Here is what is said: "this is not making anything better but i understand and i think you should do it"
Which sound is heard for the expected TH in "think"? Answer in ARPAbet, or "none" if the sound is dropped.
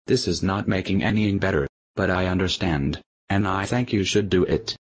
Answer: TH